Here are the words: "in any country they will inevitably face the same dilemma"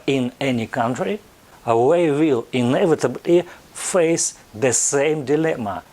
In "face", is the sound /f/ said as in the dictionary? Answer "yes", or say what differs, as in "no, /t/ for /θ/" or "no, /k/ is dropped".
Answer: yes